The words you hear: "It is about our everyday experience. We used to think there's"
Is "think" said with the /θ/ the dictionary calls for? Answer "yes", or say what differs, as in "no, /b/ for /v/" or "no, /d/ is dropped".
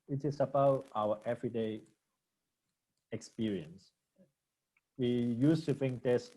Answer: no, /f/ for /θ/